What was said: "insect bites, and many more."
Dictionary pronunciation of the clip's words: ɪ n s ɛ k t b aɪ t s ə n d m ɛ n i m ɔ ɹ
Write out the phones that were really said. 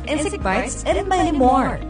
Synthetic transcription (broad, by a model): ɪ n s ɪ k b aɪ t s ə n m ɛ i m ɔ ɹ